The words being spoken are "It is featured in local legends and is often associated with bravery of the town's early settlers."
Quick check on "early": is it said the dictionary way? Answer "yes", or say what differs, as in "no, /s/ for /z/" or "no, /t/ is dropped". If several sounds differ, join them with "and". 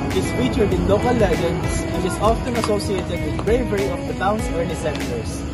no, /n/ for /l/